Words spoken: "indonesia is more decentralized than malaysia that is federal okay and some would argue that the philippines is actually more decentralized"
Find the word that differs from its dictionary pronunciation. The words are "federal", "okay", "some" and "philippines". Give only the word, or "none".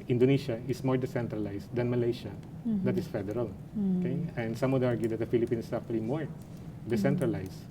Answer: philippines